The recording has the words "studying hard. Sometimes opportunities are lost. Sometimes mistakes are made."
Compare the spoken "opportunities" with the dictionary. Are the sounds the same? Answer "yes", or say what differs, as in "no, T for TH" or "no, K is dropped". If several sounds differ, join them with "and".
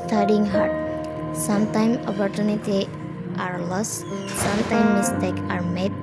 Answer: no, Z is dropped